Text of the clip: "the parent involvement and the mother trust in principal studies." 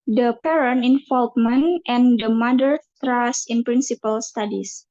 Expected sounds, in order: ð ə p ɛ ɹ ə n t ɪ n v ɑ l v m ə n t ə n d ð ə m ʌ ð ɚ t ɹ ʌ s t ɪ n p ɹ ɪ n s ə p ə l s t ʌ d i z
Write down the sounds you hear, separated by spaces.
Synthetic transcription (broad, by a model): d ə p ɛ ɹ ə n ɪ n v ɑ l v m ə n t ə n d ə m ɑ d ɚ t ɹ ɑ s ɪ n p ɹ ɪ n s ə p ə l s t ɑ d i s